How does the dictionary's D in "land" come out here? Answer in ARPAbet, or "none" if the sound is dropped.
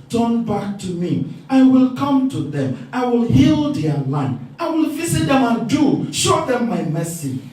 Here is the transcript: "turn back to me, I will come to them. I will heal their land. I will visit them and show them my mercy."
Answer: none